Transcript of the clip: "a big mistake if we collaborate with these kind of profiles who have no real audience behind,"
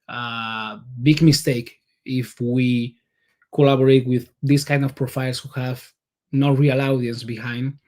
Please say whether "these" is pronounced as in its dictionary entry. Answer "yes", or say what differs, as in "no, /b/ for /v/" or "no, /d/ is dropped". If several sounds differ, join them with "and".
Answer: no, /s/ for /z/